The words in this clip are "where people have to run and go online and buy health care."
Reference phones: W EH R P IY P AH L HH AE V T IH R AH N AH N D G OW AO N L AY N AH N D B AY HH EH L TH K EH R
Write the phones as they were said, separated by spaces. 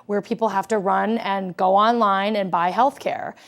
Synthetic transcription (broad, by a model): W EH R P IY P L HH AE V T IH R AH N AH N G OW AO N L AY N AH N B AY HH EH L TH K EH R